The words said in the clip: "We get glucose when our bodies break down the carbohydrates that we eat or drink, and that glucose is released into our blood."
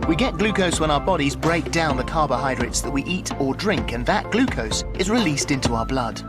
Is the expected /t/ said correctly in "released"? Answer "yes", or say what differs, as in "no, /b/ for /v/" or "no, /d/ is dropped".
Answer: yes